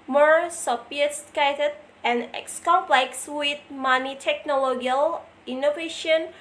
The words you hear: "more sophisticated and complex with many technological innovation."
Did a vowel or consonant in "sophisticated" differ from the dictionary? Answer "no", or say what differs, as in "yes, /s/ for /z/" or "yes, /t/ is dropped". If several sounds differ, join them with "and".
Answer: yes, /p/ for /f/